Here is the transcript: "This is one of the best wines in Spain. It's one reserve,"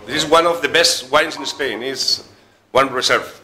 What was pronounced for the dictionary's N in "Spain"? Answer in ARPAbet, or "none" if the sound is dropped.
N